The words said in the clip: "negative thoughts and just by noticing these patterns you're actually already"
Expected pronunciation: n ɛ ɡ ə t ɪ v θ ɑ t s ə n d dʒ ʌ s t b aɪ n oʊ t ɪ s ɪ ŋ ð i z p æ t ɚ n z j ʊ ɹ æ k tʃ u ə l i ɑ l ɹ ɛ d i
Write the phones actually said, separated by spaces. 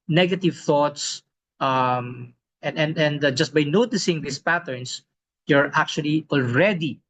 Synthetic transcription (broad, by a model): n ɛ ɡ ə t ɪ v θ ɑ t s ə n d dʒ ʌ s t b aɪ n oʊ t ɪ s ɪ ŋ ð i s p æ t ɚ n s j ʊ ɹ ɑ k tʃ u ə l i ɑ l ɹ ɛ d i